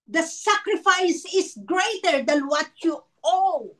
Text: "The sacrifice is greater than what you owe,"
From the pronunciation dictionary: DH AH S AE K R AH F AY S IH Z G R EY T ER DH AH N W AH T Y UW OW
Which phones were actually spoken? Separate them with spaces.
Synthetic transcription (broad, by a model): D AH S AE K R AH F AY S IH S G R EY T ER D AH N W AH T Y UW OW